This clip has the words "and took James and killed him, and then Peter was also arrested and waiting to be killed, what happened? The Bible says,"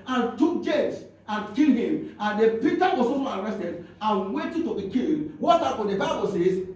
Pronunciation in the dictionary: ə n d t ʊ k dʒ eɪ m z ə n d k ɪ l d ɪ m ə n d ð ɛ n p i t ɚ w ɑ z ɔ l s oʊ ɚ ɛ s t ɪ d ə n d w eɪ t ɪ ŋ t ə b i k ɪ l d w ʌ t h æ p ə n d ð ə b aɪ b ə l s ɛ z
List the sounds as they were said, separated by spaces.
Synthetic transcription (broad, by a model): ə n t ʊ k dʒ eɪ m s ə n k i l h ɪ m ə n d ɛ p i t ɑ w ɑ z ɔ s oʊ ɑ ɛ s t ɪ d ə n w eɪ t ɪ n t ə b i k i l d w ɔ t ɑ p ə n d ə b aɪ b ə l s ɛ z